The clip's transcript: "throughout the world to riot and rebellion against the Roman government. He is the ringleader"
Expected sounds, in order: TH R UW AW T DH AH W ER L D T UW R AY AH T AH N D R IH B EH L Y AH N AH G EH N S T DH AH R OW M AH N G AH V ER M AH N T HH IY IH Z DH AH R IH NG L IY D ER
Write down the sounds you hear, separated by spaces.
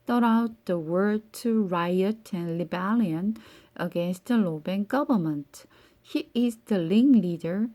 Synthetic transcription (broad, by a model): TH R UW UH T DH AH W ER D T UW R AY AH T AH N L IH B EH L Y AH N AH G EH N S T DH AH L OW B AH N G AH V ER M AH N T HH IY IH Z DH AH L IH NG L IY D ER